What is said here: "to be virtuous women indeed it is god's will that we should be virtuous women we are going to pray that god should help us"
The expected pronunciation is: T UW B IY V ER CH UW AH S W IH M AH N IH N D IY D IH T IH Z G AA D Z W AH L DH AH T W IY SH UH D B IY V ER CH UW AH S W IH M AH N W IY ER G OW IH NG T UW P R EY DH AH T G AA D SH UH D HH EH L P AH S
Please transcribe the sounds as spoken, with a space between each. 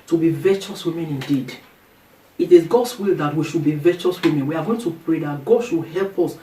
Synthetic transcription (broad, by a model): T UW B IY V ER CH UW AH S W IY M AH N IH N D IY D IH T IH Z G AA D S W AH L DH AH T W IY SH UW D B IY V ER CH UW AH S W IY M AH N W IY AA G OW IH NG T UW P R EY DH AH T G AA D SH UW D HH EH L P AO S